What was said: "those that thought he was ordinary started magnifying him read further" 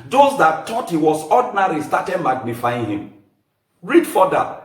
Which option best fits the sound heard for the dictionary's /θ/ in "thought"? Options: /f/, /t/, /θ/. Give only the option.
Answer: /t/